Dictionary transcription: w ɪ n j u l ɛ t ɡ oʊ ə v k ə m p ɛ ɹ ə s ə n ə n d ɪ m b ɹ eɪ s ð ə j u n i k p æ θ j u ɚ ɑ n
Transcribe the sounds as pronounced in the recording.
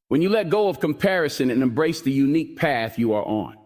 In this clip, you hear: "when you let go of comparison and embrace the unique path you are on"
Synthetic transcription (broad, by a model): w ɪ n j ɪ l ɛ t ɡ oʊ ə v k ə m p ɛ ɹ ə s ə n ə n ɪ m b ɹ eɪ s ð ə j u n i k p æ θ j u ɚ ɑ n